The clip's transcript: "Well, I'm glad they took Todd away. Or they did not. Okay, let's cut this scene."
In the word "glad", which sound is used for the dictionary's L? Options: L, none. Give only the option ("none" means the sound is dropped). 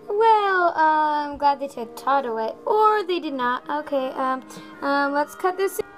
L